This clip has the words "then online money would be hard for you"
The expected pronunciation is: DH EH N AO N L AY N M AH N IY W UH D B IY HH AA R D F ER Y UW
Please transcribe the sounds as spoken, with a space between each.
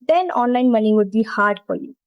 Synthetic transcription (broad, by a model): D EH N AO N L AY N M AH N IY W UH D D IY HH AA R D P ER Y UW